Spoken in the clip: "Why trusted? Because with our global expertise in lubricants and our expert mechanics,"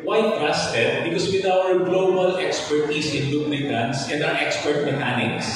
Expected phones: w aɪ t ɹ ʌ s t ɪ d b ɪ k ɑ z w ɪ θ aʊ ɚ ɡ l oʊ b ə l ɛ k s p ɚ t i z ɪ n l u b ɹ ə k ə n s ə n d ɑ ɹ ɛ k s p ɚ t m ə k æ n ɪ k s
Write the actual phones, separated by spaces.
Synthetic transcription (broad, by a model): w aɪ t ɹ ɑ s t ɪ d b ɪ k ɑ s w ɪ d aʊ ɚ ɡ l oʊ b ə l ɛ k s p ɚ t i s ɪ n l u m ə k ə n s ə n d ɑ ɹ ɛ k s p ɚ t m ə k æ n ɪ k s